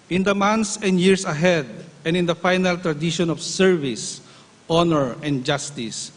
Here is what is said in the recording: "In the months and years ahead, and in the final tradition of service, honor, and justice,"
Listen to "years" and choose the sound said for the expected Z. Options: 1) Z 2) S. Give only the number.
2